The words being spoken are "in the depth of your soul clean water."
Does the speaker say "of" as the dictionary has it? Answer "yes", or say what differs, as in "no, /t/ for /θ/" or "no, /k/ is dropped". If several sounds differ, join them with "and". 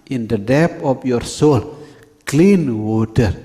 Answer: no, /p/ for /v/